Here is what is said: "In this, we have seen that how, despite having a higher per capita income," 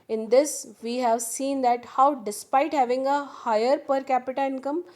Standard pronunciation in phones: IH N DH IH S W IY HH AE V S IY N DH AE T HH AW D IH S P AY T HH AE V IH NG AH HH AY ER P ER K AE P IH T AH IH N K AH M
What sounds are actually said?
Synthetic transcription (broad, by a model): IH N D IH S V IY HH AE V S IY N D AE T HH AW D IH S P AY T HH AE V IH NG AH HH AY ER P ER K AE P IH T AH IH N K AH M